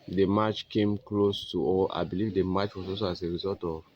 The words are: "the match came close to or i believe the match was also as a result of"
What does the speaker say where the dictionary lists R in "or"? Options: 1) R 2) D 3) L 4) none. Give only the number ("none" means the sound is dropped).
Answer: 3